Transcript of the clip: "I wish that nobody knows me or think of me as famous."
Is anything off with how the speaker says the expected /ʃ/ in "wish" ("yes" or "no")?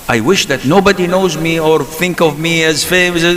no